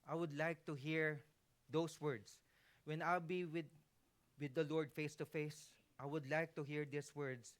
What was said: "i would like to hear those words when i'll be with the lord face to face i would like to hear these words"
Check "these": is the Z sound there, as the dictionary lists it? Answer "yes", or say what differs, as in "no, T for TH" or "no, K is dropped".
no, S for Z